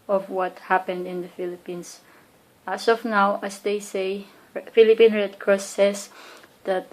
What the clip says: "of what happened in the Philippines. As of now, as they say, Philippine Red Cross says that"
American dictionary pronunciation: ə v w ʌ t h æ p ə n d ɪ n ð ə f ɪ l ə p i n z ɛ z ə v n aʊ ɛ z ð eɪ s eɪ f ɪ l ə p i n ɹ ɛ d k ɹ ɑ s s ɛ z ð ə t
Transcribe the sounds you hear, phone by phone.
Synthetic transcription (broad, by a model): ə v w ʌ t h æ p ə n d ɪ n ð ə f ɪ l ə p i n s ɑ s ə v n aʊ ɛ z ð eɪ s eɪ f ɪ l ə p i n ɹ ɛ d k ɹ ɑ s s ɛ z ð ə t